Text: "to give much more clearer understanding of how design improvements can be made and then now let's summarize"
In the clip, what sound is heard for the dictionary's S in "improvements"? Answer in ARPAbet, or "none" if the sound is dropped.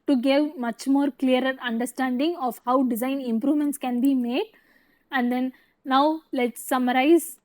S